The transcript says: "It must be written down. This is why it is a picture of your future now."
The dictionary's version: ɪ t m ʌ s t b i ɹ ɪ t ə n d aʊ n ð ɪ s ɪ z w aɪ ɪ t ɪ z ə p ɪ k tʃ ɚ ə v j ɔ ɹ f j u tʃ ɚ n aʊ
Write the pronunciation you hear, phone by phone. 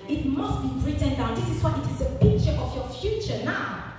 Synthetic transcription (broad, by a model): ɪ t m ʌ s t b i ɹ ɪ t ə n d aʊ n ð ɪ s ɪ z w aɪ ɪ t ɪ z ə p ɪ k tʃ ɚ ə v j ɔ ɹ f j u tʃ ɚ n aʊ